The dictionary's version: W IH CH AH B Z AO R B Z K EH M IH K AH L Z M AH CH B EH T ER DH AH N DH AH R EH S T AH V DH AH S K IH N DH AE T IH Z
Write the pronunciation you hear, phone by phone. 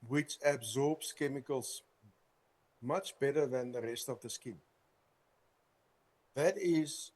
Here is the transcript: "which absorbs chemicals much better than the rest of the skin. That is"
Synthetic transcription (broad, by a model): W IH CH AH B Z AO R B S K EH M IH K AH L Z M AH CH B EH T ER DH AH N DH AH R EH S T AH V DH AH S K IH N DH AE T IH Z